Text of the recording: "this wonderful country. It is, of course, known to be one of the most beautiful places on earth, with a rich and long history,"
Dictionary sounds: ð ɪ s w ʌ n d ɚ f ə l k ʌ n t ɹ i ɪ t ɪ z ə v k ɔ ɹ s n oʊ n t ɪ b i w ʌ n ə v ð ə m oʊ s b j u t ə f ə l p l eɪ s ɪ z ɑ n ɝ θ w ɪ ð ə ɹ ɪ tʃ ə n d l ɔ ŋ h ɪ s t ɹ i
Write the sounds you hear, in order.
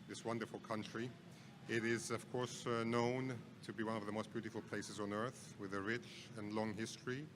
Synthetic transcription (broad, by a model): ð ɪ s w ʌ n d ɚ f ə l k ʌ n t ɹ i ɪ t ɪ z ə v k ɔ ɹ s n oʊ n t ɪ b i w ʌ n ə v ð ə m oʊ s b j u t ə f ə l p l eɪ s ɪ z n ɝ θ w ɪ ð ə ɹ ɪ tʃ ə n l ɔ ŋ h ɪ s t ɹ i